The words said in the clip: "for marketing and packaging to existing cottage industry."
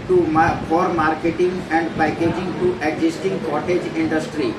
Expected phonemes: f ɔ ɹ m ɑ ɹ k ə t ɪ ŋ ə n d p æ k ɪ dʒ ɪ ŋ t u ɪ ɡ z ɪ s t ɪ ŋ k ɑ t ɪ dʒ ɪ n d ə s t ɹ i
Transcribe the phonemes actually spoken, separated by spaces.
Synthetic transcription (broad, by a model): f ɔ ɹ m ɑ ɹ k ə t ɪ ŋ ə n d p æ k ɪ dʒ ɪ ŋ t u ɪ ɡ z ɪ s t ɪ ŋ k ɑ t ɪ dʒ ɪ n d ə s t ɹ i